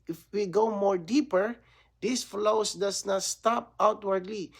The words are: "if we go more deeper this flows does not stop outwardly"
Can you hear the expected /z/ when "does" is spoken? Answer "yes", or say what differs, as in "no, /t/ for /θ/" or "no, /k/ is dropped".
no, /s/ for /z/